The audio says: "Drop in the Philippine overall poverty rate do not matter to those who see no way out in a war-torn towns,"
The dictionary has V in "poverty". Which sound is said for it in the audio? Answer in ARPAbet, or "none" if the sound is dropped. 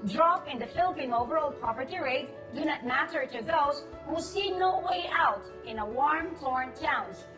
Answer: P